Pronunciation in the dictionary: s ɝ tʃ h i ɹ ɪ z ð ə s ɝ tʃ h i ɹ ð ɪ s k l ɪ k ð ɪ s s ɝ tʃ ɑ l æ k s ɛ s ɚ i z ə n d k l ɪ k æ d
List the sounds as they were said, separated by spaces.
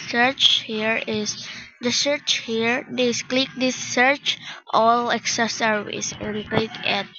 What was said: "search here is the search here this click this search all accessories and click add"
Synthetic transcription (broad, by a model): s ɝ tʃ h i ɹ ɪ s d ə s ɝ tʃ h i ɹ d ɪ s k l ɪ k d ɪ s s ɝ tʃ ɑ l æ k s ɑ s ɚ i s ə n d k l ɪ k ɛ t